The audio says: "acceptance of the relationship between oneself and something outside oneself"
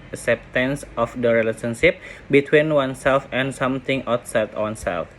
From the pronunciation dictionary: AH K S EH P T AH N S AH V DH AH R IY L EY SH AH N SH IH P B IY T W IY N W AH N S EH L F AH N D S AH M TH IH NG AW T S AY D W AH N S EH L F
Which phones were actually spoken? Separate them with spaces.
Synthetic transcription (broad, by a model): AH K S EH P T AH N S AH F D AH R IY L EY S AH N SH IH P B IY T W IY N W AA N S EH L F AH N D S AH M T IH NG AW T S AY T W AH N S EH L F